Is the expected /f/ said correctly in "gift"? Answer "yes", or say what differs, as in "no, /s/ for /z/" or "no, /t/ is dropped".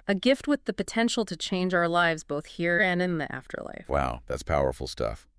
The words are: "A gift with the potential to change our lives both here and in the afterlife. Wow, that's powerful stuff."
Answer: yes